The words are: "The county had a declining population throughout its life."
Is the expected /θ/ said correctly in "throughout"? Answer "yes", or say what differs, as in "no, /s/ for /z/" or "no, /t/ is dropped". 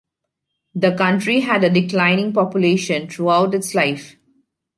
no, /t/ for /θ/